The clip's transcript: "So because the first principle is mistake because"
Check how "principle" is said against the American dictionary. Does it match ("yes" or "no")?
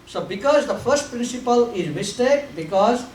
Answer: yes